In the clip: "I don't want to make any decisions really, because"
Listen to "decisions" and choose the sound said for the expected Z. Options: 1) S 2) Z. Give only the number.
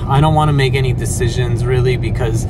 2